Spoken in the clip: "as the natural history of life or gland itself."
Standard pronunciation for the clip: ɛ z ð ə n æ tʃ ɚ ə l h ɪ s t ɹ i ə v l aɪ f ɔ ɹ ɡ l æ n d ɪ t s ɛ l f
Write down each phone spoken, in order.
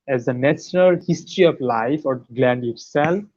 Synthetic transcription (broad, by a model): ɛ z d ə n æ ʃ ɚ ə l h ɪ s t ɹ i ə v l aɪ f ɔ ɹ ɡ l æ n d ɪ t s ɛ l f